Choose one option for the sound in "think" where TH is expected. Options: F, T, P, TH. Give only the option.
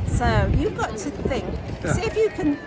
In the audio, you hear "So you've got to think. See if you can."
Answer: TH